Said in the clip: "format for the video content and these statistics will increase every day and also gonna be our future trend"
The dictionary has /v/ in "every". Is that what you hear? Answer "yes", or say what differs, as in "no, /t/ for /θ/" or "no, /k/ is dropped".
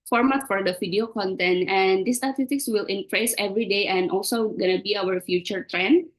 yes